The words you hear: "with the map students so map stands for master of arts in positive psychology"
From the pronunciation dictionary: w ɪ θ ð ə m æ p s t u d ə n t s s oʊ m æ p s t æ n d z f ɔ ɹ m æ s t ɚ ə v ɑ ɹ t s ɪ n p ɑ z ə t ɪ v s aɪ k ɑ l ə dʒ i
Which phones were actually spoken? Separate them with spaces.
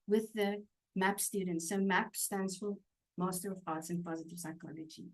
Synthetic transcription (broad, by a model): w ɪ ð ə m æ p s t u d n t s s oʊ m æ p s t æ n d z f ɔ l m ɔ s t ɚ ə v ɑ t s ɪ n p ɑ z ə t ɪ v s aɪ k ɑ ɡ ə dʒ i